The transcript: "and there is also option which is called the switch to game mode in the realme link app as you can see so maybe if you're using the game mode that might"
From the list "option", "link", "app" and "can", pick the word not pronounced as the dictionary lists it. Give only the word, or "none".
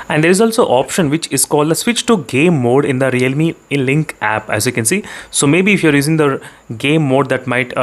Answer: none